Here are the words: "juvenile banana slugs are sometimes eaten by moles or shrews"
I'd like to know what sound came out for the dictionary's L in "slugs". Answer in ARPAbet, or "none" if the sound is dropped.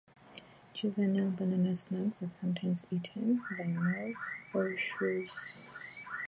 N